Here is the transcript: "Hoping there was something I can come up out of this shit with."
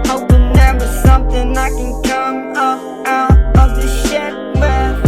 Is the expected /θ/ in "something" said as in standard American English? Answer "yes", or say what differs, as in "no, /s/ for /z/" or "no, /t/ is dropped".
yes